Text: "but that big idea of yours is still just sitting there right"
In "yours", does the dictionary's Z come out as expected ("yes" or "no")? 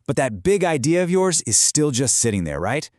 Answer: yes